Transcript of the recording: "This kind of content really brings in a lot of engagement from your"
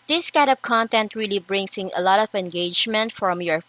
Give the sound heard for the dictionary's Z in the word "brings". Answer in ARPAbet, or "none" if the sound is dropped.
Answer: S